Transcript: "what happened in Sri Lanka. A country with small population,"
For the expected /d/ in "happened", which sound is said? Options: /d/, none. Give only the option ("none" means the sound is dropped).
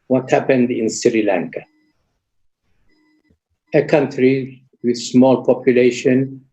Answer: /d/